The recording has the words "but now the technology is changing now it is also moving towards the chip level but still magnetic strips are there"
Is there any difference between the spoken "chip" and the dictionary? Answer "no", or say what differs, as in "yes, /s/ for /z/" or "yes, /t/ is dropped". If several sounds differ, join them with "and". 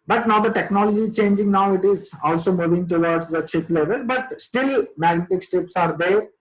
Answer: no